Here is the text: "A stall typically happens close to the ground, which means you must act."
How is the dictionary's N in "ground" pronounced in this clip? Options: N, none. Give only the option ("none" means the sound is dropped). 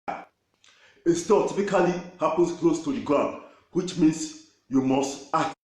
none